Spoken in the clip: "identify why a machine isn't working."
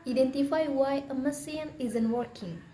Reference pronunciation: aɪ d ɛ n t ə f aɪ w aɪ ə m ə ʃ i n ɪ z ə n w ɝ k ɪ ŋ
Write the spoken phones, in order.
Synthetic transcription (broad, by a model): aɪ d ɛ n t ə f aɪ w aɪ ə m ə s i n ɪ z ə n w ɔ k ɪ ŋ